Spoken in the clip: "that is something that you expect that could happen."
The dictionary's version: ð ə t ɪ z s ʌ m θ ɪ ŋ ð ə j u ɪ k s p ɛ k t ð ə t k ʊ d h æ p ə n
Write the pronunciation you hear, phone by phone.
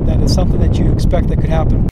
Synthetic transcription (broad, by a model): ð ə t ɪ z s ʌ m θ ɪ ŋ ð ə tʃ ɪ k s p ɛ k t ð ə t k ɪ d h æ p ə n